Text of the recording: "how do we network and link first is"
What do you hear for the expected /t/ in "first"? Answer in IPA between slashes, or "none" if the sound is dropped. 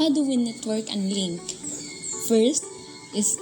/t/